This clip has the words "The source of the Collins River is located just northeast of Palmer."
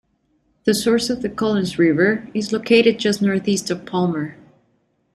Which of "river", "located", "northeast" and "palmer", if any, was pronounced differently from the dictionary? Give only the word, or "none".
none